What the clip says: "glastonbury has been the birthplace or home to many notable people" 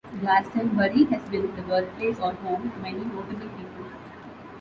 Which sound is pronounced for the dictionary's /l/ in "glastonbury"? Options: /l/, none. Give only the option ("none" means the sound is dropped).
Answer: none